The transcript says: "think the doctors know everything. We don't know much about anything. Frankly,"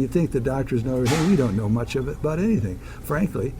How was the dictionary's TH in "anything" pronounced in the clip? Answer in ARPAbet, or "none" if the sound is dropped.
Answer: TH